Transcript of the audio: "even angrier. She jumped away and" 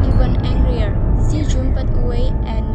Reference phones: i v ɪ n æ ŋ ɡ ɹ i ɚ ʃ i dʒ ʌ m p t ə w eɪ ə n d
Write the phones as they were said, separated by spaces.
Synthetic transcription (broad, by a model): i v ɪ n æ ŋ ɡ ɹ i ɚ s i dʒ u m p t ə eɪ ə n